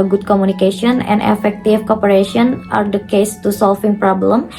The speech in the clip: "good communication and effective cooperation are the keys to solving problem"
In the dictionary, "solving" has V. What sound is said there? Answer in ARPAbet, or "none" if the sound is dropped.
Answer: F